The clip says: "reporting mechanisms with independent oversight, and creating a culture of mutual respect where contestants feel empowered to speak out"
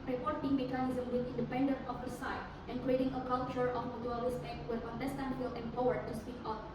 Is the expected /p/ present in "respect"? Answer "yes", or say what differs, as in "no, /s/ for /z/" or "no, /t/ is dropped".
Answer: no, /p/ is dropped